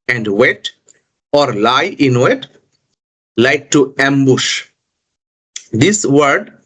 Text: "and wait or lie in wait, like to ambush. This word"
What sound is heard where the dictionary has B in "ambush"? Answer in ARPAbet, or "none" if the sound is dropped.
B